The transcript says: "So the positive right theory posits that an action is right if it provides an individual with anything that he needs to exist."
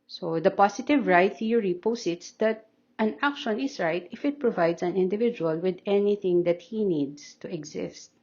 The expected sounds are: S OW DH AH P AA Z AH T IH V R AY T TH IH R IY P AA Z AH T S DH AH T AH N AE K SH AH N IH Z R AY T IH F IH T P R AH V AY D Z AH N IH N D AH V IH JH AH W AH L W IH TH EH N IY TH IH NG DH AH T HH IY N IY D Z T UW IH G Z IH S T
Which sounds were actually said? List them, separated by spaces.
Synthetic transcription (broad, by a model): S OW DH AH P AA S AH T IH V R AY T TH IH R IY P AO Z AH T S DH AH T AH N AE K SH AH N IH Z R AY T IH F IH T P R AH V AY D S AH N IH N D AH V IH JH AH W AH L W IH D EH N IY TH IH NG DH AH T HH IY N IY D S T UW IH G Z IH S T